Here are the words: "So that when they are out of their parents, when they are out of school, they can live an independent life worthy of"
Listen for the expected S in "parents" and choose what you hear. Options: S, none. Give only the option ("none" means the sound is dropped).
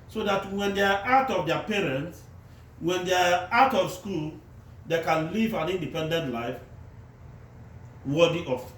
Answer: S